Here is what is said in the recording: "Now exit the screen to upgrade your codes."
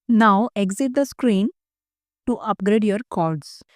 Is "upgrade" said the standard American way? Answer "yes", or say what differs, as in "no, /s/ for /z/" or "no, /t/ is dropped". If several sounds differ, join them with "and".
yes